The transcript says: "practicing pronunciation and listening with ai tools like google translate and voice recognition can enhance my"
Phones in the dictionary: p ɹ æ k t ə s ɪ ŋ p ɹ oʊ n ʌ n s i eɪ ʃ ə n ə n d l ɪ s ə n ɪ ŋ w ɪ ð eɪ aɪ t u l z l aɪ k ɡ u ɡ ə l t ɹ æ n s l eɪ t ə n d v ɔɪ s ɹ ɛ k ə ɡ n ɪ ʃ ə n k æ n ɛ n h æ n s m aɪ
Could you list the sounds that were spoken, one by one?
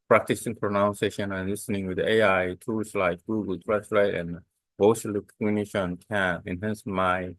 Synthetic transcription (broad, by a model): p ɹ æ k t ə s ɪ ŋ p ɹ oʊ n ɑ n s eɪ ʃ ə n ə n l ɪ s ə n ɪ ŋ w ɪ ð eɪ aɪ t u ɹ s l aɪ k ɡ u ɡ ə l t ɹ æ s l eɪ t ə n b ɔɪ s l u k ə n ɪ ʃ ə n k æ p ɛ n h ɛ n s m aɪ